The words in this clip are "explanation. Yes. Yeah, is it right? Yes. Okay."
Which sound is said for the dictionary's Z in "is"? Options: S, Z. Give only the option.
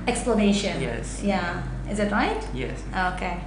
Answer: Z